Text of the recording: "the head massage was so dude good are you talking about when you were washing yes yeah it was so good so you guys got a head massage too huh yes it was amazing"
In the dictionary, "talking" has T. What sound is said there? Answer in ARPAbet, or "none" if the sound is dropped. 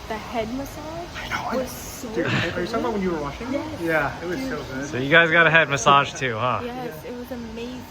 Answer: S